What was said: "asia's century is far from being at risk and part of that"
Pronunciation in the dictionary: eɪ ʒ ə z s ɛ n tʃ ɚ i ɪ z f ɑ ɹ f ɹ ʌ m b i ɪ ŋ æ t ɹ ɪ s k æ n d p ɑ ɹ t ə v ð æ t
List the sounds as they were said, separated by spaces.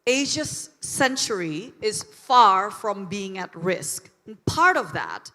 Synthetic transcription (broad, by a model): eɪ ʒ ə s ɛ n tʃ ɚ i ɪ z f ɑ ɹ f ɹ ʌ m b i ɪ ŋ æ t ɹ ɪ s k n p ɑ ɹ t ə v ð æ t